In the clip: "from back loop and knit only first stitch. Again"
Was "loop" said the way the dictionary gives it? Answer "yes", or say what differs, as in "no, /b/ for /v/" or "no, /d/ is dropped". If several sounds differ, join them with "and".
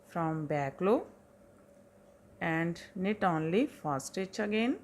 no, /p/ is dropped